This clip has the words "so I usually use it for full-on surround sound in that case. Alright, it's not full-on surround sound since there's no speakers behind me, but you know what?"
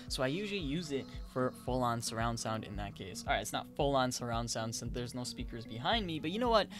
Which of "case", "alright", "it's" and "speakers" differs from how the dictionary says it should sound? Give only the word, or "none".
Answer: none